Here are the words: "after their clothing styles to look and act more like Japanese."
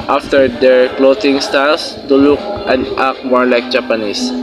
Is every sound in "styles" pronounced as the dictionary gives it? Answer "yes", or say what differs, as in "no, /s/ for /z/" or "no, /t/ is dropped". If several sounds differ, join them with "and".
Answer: no, /s/ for /z/